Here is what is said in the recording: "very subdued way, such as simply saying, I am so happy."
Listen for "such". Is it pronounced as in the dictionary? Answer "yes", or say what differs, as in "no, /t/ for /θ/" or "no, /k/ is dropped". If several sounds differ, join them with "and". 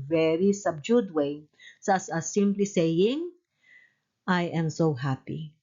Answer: no, /s/ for /tʃ/